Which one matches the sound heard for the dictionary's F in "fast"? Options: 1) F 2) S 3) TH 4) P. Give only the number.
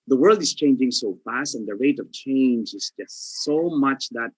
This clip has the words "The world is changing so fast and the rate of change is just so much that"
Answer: 1